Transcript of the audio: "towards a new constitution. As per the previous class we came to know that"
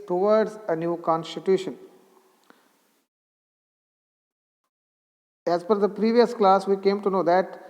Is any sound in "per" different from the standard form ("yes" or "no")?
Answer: yes